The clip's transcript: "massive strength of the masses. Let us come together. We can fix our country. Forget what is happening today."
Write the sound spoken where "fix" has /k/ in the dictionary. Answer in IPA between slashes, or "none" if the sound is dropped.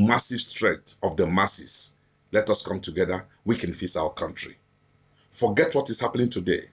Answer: none